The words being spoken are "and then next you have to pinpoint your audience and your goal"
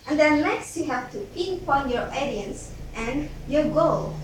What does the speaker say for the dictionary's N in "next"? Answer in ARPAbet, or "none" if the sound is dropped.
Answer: L